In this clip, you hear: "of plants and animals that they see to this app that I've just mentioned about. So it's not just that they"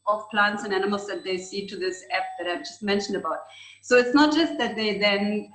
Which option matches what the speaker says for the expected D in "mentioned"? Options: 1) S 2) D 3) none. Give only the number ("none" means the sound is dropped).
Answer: 2